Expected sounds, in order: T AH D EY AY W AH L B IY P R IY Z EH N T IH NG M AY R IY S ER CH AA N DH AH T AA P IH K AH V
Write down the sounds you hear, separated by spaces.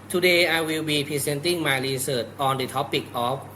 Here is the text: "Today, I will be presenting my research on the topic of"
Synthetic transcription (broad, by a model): T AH D EY AY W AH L B IY P IY S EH N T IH NG M AY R IY S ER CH AA N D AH T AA P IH K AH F